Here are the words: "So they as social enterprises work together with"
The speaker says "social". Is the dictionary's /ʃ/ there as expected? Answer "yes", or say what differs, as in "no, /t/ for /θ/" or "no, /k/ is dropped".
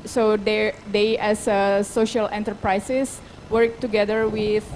yes